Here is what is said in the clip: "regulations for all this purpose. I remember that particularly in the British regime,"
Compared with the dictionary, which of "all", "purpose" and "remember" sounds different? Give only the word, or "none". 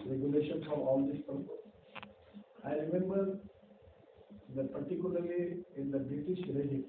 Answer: purpose